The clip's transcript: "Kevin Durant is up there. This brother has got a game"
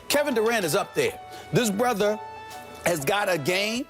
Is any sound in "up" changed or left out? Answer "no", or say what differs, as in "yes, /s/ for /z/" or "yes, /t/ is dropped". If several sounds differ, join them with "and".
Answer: no